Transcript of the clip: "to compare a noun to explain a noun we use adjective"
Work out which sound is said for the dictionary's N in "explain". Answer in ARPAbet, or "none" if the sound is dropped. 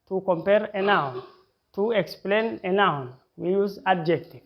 N